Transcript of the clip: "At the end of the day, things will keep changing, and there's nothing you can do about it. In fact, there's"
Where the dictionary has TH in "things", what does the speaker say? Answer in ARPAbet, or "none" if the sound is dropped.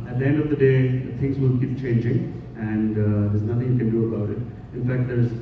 T